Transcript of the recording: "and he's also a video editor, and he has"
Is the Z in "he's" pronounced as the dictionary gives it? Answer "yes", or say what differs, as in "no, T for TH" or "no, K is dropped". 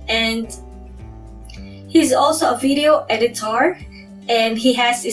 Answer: yes